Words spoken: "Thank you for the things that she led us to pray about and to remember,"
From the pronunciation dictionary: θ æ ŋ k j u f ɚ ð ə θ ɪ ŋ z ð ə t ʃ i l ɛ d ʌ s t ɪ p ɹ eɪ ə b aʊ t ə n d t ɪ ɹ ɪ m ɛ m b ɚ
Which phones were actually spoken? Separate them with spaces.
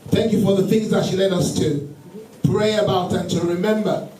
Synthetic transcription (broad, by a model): θ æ ŋ k j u f ɚ ð ə θ ɪ ŋ z ð ə t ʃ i l ɛ d ʌ s t ɪ p ɹ eɪ ə b aʊ t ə n t ɪ ɹ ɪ m ɛ m b ɚ